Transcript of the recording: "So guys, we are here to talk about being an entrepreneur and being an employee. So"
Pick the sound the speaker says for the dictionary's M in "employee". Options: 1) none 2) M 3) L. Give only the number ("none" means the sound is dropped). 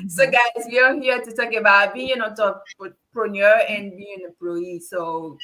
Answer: 1